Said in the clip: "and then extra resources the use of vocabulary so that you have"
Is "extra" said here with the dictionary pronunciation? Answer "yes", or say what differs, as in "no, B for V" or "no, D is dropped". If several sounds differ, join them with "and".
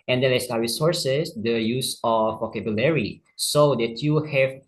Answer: no, K is dropped and R is dropped